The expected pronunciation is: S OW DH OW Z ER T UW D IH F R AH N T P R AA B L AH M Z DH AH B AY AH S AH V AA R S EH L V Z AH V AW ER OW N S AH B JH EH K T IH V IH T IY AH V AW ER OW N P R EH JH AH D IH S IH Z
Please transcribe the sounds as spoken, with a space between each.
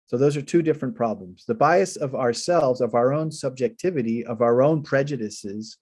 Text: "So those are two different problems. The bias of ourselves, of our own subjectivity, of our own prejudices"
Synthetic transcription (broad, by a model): S OW DH OW Z ER T UW D IH F R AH N P R AA B L AH M Z DH AH B AY AH S AH V AA R S EH L V Z AH V AW ER OW N S AH B JH EH K T IH V IH T IY AH V AW ER OW N P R EH JH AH D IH S IH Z